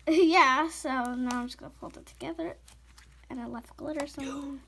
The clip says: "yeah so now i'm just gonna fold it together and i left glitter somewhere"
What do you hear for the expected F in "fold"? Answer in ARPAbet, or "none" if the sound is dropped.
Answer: P